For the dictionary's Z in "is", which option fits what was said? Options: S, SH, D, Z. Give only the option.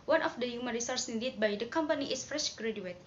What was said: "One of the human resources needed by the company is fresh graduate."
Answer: S